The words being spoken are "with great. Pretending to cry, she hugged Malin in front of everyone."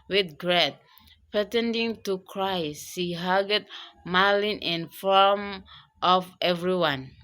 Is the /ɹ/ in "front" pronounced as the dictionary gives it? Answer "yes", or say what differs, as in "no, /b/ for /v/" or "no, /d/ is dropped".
no, /ɹ/ is dropped